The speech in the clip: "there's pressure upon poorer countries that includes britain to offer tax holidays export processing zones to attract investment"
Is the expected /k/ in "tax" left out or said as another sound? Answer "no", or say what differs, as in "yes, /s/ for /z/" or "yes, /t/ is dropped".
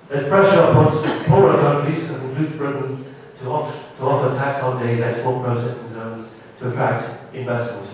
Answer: no